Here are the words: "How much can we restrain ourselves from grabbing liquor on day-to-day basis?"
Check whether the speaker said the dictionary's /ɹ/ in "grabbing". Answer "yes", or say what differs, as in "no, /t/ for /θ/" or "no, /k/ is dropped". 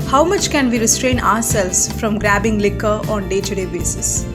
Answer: yes